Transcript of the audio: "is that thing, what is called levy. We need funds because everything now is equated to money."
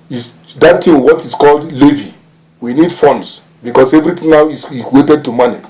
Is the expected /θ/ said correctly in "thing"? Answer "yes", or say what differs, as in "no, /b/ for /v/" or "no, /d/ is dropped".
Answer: no, /t/ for /θ/